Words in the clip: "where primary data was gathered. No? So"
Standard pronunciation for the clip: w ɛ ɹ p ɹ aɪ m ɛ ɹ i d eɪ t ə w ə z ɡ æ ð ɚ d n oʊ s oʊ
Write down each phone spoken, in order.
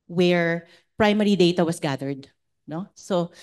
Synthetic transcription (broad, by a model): w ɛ ɹ p ɹ aɪ m ɛ ɹ i d eɪ t ə w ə s ɡ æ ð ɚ d n oʊ s oʊ